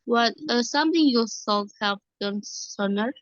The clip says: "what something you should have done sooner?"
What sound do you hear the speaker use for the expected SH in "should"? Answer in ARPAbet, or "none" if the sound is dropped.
S